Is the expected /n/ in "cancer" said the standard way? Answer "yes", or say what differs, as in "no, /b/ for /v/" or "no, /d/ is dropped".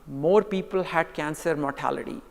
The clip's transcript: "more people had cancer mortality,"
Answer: yes